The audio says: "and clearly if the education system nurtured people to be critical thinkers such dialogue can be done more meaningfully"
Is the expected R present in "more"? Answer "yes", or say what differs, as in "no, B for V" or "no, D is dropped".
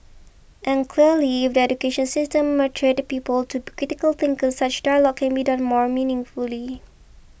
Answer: yes